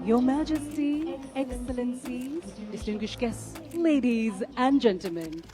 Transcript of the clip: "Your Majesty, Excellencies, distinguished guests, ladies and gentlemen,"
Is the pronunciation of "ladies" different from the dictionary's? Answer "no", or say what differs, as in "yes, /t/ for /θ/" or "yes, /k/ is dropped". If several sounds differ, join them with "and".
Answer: no